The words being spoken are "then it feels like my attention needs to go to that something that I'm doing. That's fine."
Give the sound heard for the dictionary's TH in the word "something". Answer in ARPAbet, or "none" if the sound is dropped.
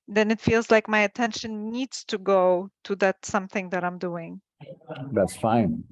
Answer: TH